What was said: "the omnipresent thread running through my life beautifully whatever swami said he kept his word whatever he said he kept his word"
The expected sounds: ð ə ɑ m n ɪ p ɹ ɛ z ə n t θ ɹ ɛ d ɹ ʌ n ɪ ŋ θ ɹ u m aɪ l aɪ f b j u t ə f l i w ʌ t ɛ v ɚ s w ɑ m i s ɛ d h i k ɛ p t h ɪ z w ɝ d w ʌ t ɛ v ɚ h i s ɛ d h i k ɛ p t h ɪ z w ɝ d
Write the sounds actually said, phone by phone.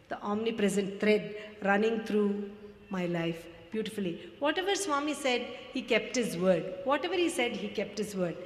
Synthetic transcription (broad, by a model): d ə ɑ m n ɪ p ɹ ɛ z ə n t t ɹ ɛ d ɹ ʌ n ɪ ŋ t ɹ u m aɪ l aɪ f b j u t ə f l i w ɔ t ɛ v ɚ s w ɑ m i s ɛ d h i k ɛ p t h ɪ z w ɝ d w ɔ t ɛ v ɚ h i s ɛ d h i k ɛ p t h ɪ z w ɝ d